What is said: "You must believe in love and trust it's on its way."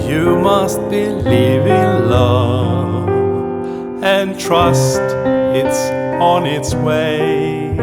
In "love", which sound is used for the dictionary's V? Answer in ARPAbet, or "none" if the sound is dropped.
none